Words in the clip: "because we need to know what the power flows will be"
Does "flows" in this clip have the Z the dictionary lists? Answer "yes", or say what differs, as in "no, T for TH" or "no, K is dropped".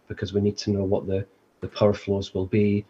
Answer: yes